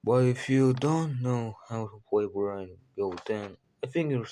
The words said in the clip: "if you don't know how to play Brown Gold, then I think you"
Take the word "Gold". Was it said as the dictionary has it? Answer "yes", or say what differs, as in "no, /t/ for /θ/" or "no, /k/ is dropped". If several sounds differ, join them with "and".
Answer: no, /l/ is dropped